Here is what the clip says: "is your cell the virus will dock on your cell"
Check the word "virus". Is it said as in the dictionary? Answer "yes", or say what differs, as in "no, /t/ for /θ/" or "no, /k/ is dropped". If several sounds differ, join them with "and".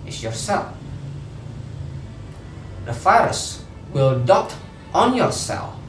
no, /f/ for /v/